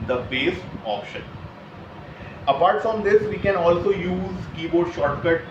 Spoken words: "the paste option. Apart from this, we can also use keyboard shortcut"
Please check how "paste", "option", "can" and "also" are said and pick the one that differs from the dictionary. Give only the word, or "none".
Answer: paste